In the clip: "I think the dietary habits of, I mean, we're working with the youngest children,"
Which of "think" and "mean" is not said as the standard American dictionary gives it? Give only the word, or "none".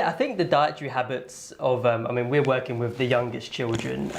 none